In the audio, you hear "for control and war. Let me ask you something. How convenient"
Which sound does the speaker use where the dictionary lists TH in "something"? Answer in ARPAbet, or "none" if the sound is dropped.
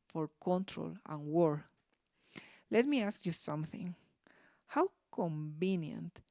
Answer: TH